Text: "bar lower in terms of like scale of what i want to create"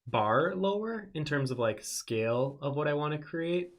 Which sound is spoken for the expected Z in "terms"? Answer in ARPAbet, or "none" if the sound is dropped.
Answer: Z